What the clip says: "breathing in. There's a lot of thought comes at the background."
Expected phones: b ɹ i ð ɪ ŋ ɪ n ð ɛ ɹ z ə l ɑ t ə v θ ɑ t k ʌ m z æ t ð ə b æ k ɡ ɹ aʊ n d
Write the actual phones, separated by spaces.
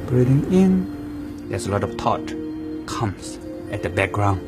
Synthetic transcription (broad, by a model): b ɹ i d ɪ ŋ ɪ n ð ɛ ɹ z ə l ɑ t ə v t ɑ t k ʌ m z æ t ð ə b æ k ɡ ɹ aʊ n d